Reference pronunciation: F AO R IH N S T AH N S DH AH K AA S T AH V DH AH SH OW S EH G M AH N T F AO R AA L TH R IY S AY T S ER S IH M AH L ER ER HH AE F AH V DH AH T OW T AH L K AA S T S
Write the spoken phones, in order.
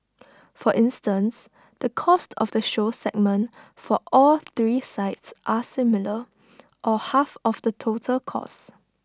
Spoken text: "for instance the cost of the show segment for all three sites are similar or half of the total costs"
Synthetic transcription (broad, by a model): F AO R IH N S T AH N S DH AH K AA S T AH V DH AH SH OW S EH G M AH N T F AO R AA L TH R IY S AY T S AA S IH M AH L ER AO HH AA F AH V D AH T OW T AH L K AA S S